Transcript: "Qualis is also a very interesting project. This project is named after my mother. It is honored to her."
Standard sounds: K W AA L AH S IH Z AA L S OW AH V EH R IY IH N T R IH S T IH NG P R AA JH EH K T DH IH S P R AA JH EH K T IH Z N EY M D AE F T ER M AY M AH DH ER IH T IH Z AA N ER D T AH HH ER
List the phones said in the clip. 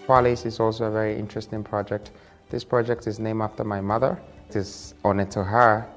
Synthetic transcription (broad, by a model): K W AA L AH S IH Z AA L S OW AH V EH R IY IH N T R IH S T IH NG P R AA JH EH K T DH IH S P R AA JH EH K T IH Z N EY M AE F T ER M AY M AH DH ER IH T IH Z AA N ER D T AH HH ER